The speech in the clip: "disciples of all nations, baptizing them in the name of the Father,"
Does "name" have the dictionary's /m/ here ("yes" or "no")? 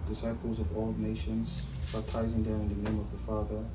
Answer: yes